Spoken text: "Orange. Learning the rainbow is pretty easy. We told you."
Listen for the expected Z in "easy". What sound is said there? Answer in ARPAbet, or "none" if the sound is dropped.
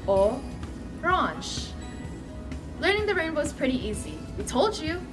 Z